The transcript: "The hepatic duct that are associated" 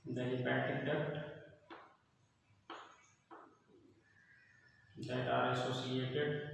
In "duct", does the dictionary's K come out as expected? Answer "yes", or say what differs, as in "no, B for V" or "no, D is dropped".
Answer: no, K is dropped